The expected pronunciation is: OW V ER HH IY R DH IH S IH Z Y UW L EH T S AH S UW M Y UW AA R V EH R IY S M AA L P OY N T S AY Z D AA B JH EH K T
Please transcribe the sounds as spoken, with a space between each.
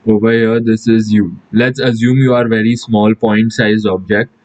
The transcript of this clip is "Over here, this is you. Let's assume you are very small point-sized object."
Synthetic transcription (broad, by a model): OW V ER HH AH R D IH S IH Z Y UW L EH T S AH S UW M Y UW AA R V EH R IY S M AA L P OY N T S AY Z AA B JH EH K T